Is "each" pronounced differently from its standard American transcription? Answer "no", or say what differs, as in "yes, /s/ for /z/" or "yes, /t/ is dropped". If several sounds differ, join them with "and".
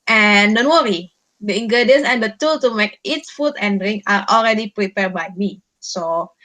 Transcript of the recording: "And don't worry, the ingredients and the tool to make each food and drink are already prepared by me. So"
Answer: yes, /s/ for /tʃ/